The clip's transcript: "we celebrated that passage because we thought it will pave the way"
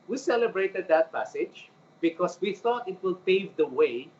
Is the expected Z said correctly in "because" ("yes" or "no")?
no